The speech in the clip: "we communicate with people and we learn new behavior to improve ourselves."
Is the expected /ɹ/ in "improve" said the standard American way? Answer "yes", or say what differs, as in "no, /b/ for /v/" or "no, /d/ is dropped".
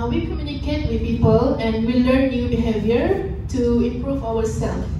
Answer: yes